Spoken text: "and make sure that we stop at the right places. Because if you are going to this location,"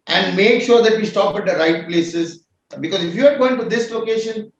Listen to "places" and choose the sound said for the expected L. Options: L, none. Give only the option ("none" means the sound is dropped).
L